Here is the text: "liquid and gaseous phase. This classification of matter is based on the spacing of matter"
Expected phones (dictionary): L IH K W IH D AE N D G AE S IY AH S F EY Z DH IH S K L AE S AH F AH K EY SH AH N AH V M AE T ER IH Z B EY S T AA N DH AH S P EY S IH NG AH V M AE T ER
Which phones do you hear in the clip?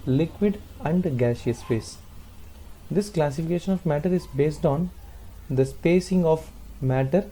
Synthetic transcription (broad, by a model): L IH K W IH D AE N D G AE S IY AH S P EY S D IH S K L AE S AH F AH K EY SH AH N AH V M AE T ER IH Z B EY S T AA N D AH S P EY S IH NG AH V M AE T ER